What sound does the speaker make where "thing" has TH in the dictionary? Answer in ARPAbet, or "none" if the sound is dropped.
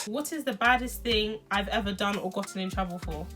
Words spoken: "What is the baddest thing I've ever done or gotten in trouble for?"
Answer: TH